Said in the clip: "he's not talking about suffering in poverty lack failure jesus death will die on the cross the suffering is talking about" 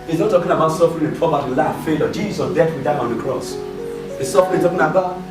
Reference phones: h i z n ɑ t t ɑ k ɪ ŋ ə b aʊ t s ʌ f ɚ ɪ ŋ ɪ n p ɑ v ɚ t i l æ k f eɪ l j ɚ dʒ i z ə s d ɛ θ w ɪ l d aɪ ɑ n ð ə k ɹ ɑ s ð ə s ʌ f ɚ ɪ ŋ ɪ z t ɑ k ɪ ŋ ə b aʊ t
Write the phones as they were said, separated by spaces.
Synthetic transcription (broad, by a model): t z n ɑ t t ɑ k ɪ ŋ ə b aʊ t s ʌ f ɚ ɪ ŋ ɪ n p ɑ b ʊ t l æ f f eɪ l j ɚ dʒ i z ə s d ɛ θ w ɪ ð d ɑ n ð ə k ɹ ɑ s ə s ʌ f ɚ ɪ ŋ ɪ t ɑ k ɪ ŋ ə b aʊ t